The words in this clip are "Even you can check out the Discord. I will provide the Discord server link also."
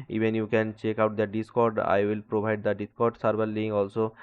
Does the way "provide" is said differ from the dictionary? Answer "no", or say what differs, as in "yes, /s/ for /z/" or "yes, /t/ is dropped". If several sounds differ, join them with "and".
yes, /b/ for /v/